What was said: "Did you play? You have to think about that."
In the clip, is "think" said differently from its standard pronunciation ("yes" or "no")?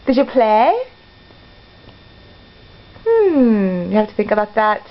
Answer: no